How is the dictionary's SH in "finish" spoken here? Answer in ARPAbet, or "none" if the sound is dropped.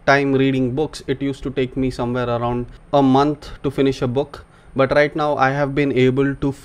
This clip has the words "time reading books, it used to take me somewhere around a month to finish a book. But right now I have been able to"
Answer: SH